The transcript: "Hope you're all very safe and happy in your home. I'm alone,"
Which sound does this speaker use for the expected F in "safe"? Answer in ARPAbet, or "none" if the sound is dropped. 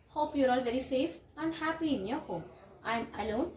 F